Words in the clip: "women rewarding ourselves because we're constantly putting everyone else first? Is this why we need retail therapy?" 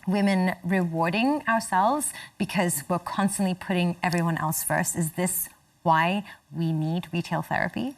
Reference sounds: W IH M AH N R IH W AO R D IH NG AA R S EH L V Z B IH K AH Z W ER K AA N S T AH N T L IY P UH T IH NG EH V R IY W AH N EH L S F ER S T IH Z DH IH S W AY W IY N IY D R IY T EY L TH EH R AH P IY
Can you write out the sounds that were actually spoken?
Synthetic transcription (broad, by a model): W IH M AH N R IH W AO R D IH NG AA R S EH L V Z B IH K AH Z W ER K AA N S T AH N T L IY P UH T IH NG EH V R IY W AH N EH L S F ER S T IH Z DH IH S W AY W IY N IY D R IY T EY L TH EH R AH P IY